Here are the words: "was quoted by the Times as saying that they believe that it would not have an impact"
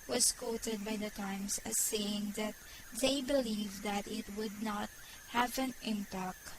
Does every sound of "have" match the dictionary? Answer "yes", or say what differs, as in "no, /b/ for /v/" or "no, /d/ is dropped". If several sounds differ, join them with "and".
yes